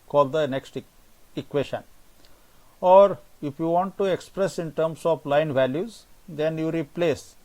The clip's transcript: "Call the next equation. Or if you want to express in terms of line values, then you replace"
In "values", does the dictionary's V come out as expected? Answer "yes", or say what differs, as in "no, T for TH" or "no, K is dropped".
yes